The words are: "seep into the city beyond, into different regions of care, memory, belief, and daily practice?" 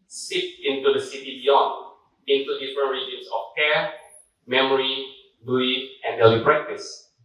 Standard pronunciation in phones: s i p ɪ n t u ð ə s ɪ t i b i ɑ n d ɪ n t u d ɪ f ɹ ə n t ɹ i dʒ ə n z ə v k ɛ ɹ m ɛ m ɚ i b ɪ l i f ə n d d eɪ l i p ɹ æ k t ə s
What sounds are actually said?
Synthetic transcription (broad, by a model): s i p ɪ n t u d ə s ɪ t i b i ɑ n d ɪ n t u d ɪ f ɹ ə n ɹ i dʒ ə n s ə f k ɛ m ɛ m ɚ i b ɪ i ə n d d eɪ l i p ɹ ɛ k t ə s